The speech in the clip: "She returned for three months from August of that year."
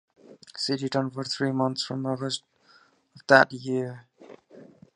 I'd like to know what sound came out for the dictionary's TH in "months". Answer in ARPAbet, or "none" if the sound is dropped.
T